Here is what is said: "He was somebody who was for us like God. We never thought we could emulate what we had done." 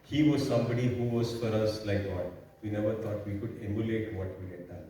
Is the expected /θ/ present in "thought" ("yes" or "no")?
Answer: no